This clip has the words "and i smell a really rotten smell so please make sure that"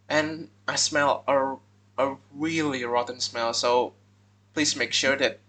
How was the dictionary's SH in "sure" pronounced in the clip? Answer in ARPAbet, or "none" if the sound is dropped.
SH